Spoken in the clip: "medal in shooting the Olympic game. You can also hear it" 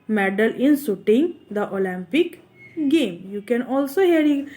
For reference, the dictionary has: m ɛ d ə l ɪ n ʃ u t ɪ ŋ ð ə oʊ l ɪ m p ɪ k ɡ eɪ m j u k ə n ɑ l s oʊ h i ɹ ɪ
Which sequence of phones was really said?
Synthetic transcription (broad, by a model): m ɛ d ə l ɪ n s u t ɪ ŋ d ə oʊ l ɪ m p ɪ k ɡ eɪ m j u k ə n ɑ l s oʊ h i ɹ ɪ